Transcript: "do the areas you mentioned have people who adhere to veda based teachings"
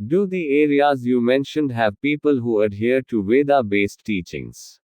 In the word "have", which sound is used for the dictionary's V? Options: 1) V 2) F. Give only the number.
1